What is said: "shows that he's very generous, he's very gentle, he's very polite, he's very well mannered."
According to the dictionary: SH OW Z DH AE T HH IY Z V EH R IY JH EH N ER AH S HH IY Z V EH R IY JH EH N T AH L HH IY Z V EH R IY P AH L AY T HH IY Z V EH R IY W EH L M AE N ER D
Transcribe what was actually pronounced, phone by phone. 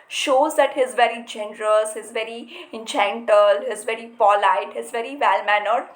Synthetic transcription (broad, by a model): SH OW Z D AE T HH IY Z V EH R IY JH EH N ER AH S HH IY Z V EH R IY CH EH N T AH L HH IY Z V EH R IY P AH L AY T HH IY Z V EH R IY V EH L M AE N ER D